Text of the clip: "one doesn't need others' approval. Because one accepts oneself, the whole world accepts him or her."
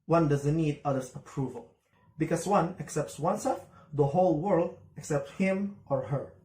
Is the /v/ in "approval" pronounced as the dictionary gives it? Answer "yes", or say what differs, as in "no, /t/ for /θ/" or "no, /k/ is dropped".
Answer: yes